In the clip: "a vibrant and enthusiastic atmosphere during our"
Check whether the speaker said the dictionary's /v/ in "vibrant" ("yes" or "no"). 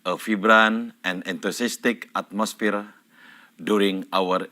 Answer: no